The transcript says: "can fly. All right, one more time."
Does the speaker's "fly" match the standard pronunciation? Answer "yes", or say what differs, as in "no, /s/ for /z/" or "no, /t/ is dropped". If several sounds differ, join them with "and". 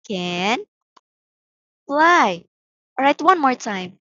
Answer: no, /p/ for /f/